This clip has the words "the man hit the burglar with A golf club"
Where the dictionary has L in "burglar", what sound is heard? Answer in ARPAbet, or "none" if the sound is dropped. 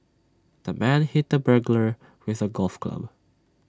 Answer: L